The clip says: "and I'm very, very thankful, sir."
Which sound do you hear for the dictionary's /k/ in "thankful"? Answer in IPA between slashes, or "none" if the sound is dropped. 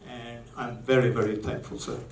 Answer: /k/